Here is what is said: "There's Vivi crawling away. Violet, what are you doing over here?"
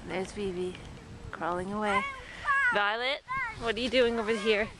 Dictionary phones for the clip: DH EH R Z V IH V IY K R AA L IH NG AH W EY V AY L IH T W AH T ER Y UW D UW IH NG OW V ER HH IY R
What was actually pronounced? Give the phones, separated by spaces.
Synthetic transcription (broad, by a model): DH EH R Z B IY B IY K R AA L IH NG AH W EY V AY L IH T W AH T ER Y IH D UW IH NG OW V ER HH IY R